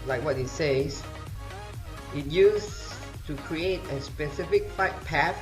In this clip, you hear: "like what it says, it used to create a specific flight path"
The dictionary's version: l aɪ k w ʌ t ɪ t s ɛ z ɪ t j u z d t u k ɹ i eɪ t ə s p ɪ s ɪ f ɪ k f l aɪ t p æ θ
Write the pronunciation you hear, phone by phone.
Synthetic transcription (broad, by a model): l aɪ k w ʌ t ɪ t s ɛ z ɪ t j u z t u k ɹ i eɪ t ə s p ɪ s ɪ f ɪ k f aɪ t p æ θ